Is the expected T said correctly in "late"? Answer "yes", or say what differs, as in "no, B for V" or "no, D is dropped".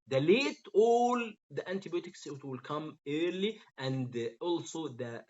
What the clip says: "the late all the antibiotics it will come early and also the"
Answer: yes